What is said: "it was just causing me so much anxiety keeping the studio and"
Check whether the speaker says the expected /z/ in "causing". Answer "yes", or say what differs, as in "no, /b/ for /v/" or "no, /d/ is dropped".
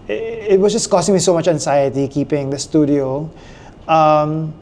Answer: no, /s/ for /z/